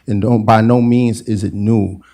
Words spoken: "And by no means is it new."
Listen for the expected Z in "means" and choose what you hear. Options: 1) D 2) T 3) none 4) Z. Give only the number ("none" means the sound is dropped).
4